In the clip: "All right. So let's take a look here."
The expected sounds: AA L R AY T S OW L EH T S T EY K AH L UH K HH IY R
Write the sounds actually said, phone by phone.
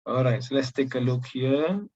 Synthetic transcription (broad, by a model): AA L R AY T S OW L EH T S T EY K AH L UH K HH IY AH